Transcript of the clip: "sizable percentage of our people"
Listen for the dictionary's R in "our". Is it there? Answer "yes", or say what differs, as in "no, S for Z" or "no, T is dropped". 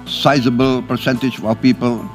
no, L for R